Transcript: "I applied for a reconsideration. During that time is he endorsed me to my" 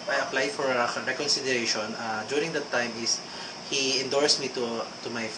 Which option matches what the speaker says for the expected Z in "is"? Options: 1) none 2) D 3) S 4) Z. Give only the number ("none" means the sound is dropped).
3